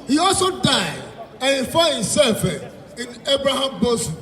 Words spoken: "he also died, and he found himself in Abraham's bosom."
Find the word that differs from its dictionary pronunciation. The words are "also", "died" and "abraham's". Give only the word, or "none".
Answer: abraham's